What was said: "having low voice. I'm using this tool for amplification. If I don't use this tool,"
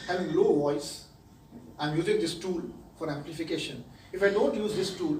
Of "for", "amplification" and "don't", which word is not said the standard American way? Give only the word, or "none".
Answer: none